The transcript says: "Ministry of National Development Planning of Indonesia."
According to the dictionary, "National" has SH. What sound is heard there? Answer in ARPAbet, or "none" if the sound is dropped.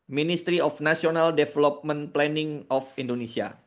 S